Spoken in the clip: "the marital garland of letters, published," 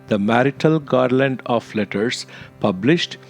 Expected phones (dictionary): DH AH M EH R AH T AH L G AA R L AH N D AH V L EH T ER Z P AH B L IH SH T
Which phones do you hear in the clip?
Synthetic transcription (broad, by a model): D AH M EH R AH T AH L G AA R L AH N D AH F L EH T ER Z P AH B L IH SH T